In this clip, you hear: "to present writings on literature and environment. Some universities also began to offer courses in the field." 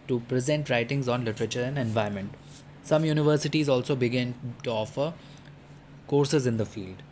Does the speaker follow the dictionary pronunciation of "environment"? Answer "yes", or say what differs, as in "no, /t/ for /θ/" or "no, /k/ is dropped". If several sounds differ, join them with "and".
no, /ɹ/ is dropped